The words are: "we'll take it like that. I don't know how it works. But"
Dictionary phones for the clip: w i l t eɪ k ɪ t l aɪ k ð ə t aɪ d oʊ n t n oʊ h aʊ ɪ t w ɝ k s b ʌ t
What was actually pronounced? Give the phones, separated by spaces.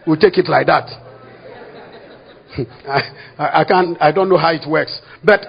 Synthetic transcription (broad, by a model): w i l t eɪ k ɪ t l aɪ k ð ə t aɪ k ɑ n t n oʊ h aʊ ɪ t w ɝ k s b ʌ t